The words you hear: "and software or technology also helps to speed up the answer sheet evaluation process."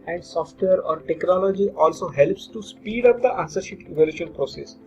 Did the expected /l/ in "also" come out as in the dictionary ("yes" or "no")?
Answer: yes